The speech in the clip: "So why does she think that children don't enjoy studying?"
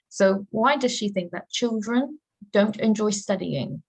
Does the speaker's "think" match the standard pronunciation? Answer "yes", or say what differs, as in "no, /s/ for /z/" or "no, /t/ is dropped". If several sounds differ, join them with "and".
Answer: yes